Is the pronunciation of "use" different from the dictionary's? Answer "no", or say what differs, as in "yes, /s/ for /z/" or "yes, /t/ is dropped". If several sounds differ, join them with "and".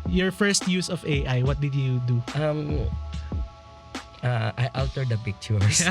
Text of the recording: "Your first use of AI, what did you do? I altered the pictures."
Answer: no